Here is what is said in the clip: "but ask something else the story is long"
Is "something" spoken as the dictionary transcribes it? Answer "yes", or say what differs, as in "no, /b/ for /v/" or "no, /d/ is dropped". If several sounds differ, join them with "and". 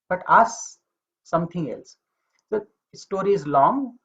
no, /t/ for /θ/